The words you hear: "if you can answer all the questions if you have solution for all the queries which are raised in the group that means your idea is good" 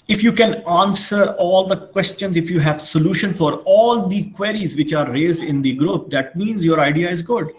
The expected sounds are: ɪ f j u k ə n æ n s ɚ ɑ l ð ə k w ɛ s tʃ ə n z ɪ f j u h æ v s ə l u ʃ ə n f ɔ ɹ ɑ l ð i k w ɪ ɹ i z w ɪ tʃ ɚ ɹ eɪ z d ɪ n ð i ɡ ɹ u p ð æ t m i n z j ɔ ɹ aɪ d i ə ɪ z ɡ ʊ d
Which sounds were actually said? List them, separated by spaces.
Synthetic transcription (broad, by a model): ɪ f j u k ə n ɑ n s ɚ ɑ l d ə k w ɛ s tʃ ə n z ɪ f j u h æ v s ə l u ʃ ə n f ɔ ɹ ɑ l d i k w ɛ ɹ i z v ɪ tʃ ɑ ɹ eɪ z d ɪ n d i ɡ ɹ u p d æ t m i n z j ɔ ɹ aɪ d i ə ɪ z ɡ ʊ d